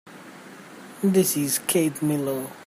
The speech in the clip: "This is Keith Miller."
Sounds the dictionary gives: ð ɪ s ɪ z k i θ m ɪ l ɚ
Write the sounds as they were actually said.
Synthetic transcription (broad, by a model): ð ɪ s ɪ z k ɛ t m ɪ l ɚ